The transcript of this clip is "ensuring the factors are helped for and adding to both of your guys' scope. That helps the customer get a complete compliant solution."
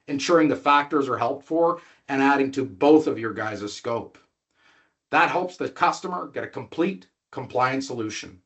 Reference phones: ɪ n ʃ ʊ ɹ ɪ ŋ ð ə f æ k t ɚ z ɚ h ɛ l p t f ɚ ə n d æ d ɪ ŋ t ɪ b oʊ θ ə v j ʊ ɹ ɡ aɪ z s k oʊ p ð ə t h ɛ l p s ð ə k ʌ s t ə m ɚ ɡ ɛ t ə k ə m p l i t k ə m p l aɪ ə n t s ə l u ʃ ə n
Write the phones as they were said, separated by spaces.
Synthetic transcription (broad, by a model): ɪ n ʃ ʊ ɹ ɪ ŋ ð ə f æ k t ɚ z ɚ h ɛ l p t f ɚ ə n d æ d ɪ ŋ t ɪ b oʊ θ ə v j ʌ ɹ ɡ aɪ z s k oʊ p ð ə t h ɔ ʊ p s ð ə k ʌ s t ə m ɚ ɡ ɛ t ə k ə m p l i t k ə m p l aɪ ə n t s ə l u ʃ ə n